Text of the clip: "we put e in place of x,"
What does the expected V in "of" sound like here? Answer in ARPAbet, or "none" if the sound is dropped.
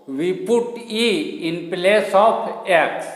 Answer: P